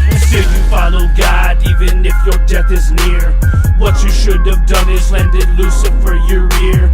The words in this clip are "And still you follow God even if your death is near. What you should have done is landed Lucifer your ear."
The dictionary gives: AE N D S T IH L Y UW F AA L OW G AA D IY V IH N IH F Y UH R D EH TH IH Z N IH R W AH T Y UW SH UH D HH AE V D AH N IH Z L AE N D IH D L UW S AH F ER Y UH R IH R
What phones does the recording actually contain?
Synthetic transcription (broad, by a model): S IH Y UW F AA L OW G AA D IY V IH N IH F Y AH R D EH TH IH Z N IH R W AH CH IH SH UH D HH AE V D AH N IH Z L AE N D IH D L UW S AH F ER Y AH R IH R